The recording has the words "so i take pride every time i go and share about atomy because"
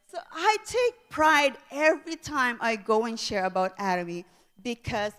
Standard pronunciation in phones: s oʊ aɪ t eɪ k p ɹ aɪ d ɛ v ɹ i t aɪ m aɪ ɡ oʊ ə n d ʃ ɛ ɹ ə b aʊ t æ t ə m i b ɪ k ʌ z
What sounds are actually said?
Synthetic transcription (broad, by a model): s oʊ aɪ t eɪ k p ɹ aɪ d ɛ v ɹ i t aɪ m aɪ ɡ oʊ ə n ʃ ɛ ɹ ə b aʊ t æ t ə m i b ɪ k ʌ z